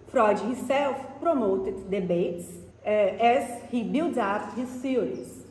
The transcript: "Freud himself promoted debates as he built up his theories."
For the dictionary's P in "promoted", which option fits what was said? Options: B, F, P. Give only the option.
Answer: P